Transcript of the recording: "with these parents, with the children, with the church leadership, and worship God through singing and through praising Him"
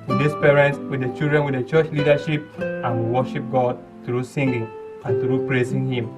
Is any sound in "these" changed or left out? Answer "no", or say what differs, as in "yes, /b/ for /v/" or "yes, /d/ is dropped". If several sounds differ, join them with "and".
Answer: yes, /s/ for /z/